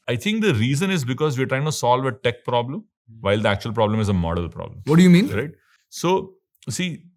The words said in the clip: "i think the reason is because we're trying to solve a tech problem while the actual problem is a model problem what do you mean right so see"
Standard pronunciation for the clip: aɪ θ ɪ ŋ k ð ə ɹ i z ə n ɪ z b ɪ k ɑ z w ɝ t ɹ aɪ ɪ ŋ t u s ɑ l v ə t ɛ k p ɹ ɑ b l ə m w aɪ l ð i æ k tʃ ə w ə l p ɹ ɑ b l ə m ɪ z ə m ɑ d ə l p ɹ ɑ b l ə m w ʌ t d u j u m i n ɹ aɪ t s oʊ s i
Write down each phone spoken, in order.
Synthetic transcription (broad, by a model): aɪ t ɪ ŋ k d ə ɹ i z ə n ɪ z b ɪ k ɑ z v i t ɹ aɪ ɪ ŋ t u s ɑ l v ə t ɛ k p ɹ ɑ b l ə m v aɪ l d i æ k tʃ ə ə l p ɹ ɑ b l ə m ɪ z ə m ɑ d ə l p ɹ ɑ b l ə m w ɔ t d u j u m i n ɹ aɪ t s oʊ s i